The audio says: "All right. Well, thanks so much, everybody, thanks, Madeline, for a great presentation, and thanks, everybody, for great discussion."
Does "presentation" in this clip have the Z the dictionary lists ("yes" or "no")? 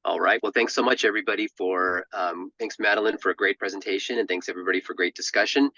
yes